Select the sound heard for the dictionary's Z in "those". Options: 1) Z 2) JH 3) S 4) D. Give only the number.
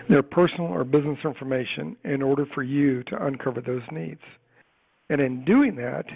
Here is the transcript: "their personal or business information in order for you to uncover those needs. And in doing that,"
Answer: 1